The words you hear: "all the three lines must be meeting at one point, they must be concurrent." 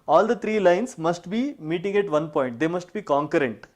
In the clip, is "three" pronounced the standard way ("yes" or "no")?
no